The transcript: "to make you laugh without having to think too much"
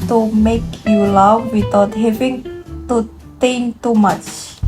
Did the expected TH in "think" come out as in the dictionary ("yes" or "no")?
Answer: no